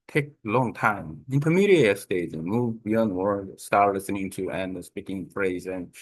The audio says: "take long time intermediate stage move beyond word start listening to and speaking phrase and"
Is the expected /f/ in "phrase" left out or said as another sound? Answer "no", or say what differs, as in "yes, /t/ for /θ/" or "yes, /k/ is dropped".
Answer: no